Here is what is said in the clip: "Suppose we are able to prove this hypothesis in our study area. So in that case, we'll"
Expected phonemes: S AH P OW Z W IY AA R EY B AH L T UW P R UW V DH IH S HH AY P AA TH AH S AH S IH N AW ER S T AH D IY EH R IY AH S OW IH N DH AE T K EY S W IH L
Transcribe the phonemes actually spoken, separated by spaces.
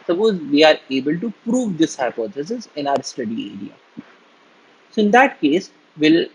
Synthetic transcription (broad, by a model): S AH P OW Z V IY AA R EY B AH L T UW P R UW V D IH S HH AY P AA S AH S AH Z IH N AW ER S T AH D IY EH R IY AH S OW IH N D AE T K EY S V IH L